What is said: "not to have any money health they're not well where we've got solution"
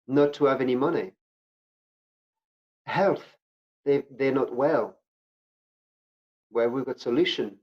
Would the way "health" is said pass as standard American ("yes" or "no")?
yes